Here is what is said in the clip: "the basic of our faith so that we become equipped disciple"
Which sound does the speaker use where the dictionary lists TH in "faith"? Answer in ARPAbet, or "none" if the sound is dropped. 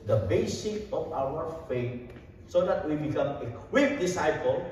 T